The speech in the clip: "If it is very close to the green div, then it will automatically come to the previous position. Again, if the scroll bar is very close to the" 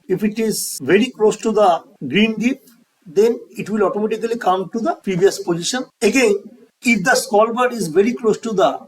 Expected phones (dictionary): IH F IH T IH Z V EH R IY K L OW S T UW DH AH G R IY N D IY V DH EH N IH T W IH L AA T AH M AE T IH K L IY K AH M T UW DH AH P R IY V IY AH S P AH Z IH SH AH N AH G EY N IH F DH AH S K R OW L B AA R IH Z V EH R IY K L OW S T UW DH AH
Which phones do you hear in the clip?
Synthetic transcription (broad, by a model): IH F IH T IH Z V EH R IY K L OW S T UW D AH G R IY N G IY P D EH N IH T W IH L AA T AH M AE T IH K L IY K AH M T UW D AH P R IY V IY AH S P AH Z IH SH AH N AH G EY N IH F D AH S K OW L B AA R IH Z V EH R IY K L OW S T UW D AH